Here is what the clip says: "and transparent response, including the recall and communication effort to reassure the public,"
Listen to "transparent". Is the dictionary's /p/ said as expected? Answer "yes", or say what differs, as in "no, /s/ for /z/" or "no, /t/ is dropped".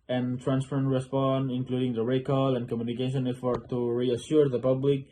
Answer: no, /f/ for /p/